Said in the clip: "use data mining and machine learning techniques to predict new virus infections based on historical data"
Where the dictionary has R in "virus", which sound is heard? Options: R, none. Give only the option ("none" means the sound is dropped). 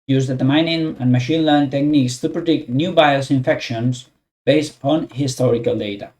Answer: none